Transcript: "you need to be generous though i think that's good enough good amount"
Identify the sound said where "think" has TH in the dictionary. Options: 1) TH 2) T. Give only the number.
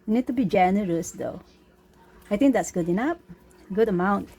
2